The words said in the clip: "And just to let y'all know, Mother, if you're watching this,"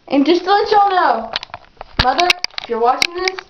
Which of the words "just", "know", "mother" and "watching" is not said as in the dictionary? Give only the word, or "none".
none